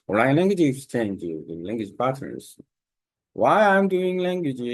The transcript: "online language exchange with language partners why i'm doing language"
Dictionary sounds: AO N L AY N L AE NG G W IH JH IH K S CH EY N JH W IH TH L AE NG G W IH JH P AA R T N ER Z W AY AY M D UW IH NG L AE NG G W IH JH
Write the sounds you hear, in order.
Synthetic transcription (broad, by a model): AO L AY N L AE NG G W IH JH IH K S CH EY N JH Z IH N L AE NG G W IH JH B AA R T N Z W AY AY M D UW IH NG L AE NG G W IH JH